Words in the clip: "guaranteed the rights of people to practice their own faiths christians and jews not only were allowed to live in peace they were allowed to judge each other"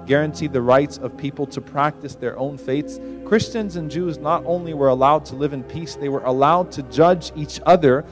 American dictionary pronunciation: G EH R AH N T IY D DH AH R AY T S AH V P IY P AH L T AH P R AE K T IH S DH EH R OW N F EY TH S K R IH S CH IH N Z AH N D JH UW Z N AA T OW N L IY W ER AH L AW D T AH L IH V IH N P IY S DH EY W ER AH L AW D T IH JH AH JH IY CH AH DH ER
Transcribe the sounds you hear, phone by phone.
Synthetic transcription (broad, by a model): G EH R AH N T IY DH AH R AY T S AH V P IY P L T AH P R AE K T IH S DH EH R OW N F EY T S K R IH S CH IH N Z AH N JH UW Z N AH T OW N L IY W ER AH L AW D T AH L IH V IH N P IY S DH EY W ER AH L AW D T IH JH AH JH IY CH AH DH ER